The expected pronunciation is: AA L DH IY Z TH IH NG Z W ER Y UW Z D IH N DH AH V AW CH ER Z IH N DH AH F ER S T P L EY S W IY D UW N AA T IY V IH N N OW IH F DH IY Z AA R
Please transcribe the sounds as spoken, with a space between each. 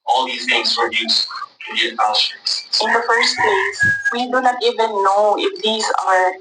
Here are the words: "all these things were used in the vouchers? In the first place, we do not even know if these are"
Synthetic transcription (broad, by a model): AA L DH IY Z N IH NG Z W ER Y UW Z IH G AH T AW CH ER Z IH N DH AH F ER S T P L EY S W IY D UW N AA T IY V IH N N OW IH F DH IY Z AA R